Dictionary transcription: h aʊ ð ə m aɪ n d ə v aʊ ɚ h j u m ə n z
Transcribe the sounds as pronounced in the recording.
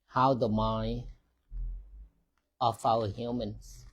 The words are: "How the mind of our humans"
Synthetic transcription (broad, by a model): h aʊ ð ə m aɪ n ə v aʊ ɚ h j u m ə n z